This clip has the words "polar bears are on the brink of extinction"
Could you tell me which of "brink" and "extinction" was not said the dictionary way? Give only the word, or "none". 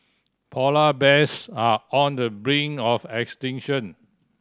brink